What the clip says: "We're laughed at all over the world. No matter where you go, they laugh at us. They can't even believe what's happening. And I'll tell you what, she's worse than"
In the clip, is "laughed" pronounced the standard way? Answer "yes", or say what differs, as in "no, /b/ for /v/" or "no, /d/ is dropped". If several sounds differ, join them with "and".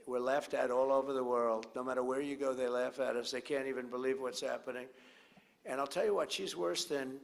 yes